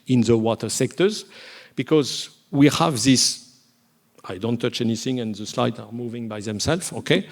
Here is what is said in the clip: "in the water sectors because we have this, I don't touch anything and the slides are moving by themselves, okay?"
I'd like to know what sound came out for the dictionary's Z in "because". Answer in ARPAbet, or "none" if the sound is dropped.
Z